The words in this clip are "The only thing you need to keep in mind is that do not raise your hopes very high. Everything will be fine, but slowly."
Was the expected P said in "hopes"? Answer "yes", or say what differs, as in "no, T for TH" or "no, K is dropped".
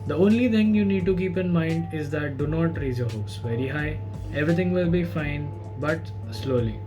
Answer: no, P is dropped